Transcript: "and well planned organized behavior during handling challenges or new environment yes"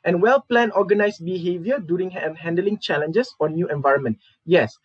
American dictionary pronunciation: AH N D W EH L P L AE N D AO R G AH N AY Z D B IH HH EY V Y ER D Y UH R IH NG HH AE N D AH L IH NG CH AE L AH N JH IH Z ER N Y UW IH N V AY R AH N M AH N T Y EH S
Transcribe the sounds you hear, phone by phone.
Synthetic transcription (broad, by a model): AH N W EH L P L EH N AO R G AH N AY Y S B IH HH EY V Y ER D Y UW R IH NG HH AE N D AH L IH NG CH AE L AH N JH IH S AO N Y UW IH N V AY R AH N M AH N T Y EH S